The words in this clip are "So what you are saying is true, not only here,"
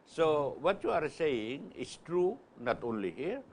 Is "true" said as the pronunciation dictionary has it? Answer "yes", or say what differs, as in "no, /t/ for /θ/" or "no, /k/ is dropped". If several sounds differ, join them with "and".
yes